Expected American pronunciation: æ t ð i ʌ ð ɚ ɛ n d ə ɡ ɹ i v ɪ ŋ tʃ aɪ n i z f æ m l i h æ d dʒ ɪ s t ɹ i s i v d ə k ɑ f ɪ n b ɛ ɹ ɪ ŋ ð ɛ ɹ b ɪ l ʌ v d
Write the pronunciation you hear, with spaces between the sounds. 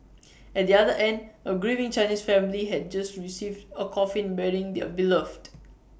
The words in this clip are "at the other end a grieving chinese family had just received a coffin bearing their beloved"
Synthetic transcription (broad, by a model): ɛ t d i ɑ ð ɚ ɛ n d ə ɡ ɹ i v ɪ ŋ tʃ aɪ n i s f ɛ m l i h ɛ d dʒ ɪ s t ɹ i s i v d ə k ɑ f ɪ n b ɛ ɹ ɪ ŋ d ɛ b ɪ l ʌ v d